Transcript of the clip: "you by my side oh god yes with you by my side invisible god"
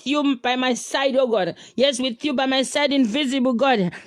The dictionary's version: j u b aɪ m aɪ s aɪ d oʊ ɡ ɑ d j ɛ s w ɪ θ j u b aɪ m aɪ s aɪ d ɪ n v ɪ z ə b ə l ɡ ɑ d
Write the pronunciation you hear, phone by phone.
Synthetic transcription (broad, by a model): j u b aɪ m aɪ s aɪ d oʊ ɡ ɑ d j ɛ s w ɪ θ j u b aɪ m aɪ s aɪ d ɪ n v ɪ z ə b ə l ɡ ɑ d